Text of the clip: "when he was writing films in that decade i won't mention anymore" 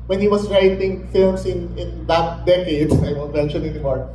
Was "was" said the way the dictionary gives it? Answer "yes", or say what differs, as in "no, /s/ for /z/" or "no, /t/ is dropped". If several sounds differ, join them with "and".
no, /s/ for /z/